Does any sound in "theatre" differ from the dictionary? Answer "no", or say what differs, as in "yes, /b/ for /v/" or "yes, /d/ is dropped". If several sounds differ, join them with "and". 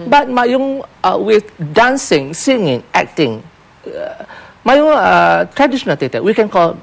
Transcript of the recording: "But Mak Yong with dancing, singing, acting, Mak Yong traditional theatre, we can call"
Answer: yes, /t/ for /θ/